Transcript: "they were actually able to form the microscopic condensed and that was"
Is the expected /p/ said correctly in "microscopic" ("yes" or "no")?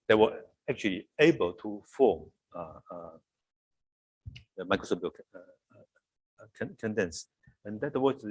no